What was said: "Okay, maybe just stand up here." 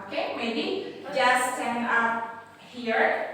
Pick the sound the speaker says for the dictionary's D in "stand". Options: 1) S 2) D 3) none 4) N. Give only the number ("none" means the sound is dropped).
3